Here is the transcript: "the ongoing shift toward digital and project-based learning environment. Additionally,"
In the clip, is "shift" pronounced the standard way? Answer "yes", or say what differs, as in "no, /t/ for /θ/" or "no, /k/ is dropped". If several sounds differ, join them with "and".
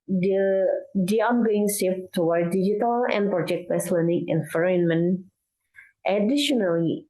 no, /s/ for /ʃ/